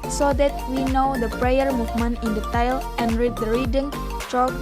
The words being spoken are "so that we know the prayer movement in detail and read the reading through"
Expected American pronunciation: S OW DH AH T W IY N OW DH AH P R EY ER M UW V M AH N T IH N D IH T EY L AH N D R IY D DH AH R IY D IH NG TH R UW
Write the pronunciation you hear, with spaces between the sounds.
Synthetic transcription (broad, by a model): S OW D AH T W IY N OW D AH P R EY ER M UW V M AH N IH N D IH T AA L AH N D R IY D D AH R IY D IH NG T R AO